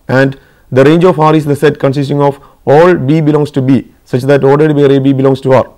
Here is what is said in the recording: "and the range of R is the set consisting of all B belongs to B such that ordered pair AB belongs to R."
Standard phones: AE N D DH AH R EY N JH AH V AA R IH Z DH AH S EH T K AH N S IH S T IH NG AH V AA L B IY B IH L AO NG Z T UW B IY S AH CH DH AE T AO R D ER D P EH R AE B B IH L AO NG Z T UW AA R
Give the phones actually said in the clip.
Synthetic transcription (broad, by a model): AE N D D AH R EY N JH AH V AA R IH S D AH S EH T K AH N S IH S T IH NG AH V AA L B IY B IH L AO NG S T UW B IY S AH CH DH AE T AO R D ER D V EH R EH B B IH L AO NG S T UW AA R